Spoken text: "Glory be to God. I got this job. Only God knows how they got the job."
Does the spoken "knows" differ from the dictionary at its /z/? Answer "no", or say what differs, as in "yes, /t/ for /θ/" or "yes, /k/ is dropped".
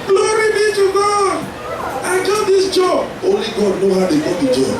yes, /z/ is dropped